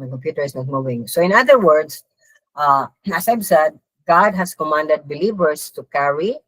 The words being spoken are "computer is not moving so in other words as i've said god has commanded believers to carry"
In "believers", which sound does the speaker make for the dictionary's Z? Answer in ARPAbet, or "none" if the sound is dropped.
S